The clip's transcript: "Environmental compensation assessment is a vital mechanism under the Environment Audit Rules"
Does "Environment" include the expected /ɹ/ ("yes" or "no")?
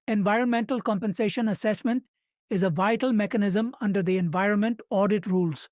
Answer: yes